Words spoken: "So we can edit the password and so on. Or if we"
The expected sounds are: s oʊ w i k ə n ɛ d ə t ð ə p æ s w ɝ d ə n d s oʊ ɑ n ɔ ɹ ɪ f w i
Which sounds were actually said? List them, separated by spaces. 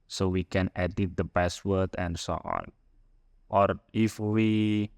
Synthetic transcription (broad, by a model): s oʊ w i k ə n ɛ d ə t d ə b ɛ s w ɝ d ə n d s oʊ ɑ n ɔ ɹ ɪ f w i